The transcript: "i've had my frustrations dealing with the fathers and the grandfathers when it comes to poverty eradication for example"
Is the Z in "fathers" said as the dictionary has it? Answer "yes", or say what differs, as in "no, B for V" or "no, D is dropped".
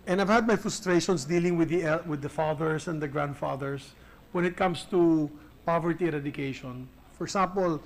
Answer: no, S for Z